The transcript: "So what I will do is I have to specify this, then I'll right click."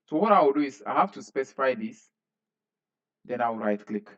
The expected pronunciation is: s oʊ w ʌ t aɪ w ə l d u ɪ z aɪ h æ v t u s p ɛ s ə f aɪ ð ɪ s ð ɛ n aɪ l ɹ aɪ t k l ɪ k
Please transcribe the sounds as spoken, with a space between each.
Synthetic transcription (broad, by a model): s oʊ w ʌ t aɪ w ə l d u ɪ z aɪ h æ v t u s p ɛ s ə f aɪ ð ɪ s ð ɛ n aɪ w ɹ aɪ t k l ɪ k